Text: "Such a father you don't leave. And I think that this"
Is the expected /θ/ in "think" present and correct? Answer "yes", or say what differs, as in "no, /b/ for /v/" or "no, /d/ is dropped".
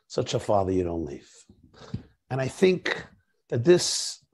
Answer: yes